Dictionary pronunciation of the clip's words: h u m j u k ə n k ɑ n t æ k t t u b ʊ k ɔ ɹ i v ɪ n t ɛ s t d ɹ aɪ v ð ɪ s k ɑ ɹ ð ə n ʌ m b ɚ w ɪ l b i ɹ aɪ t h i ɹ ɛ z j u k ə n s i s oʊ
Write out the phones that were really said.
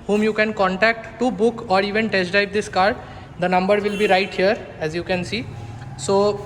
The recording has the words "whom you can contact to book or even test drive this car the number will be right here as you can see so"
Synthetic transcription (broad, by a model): h u m j u k ə n k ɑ n t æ k t t u b ʊ k ɔ ɹ i v ɪ n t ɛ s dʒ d aɪ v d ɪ s k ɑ ɹ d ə n ʌ m b ɚ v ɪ l b i ɹ aɪ t h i ɹ ɛ z j u k ə n s i s oʊ